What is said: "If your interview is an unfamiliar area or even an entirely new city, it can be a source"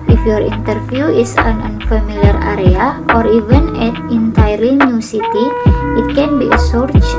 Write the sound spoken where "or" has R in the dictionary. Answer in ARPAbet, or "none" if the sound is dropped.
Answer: R